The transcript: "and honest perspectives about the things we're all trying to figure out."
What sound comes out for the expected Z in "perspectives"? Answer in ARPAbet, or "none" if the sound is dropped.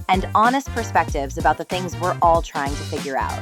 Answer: Z